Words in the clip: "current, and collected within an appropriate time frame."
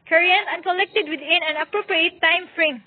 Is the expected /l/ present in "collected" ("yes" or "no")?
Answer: yes